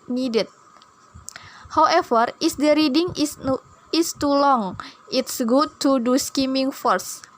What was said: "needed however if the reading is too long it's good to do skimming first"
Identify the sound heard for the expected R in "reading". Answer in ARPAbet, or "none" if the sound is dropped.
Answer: R